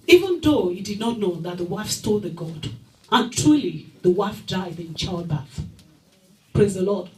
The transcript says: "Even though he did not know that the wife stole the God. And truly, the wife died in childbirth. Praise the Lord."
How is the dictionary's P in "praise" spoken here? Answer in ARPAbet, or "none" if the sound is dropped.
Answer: P